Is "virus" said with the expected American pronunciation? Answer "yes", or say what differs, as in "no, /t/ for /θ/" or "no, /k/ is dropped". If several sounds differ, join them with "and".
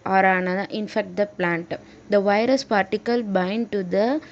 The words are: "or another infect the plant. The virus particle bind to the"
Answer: yes